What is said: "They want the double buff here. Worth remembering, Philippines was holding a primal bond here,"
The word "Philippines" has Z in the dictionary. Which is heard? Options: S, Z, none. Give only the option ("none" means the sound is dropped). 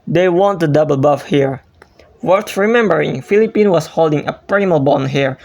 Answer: none